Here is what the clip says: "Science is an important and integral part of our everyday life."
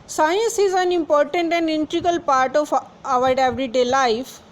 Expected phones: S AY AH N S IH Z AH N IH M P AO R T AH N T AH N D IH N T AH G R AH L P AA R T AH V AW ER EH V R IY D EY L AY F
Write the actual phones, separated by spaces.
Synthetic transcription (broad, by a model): S AY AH N S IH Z AH N IH M P AO R T AH N T AH N D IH N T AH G AH L P AA R T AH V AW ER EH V R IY D EY L AY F